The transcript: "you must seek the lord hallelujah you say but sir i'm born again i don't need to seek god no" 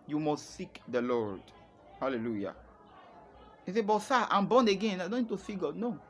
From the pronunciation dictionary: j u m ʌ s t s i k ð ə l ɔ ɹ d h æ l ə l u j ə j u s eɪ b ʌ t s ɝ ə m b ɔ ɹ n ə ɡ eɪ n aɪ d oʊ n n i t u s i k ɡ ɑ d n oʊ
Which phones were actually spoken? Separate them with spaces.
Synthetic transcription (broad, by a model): j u m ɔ s t s i k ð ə l ɔ ɹ d h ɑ l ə l u j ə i s eɪ b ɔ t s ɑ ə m b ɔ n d ə ɡ eɪ n aɪ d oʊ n n i t u s i k ɡ ɑ d n oʊ